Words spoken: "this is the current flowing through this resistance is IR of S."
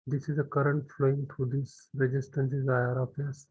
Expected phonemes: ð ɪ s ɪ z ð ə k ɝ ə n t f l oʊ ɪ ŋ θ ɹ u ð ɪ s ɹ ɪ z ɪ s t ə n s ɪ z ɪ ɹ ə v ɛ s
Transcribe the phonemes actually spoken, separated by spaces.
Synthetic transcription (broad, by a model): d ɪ s ɪ z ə k ɝ ə n t f l oʊ ɪ ŋ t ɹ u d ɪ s ɹ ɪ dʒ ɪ s t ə n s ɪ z ɪ ɹ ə p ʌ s